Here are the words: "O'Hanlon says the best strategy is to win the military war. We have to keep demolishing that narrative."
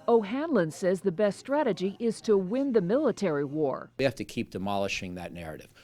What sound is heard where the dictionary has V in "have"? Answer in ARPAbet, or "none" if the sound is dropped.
F